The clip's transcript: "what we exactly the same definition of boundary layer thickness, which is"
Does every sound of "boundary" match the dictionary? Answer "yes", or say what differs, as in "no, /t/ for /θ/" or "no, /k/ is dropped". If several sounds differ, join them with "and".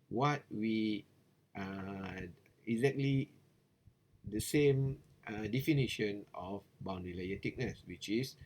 no, /ɹ/ is dropped